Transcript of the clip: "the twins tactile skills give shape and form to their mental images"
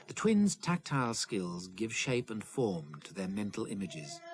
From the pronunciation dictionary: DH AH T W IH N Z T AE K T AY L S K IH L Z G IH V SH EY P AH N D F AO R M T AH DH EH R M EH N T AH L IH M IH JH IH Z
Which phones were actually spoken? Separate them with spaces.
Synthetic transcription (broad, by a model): DH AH T W IH N Z T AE K T AY L S K IH L Z G IH V SH EY P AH N F AO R M T AH DH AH R M EH N T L IH M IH JH IH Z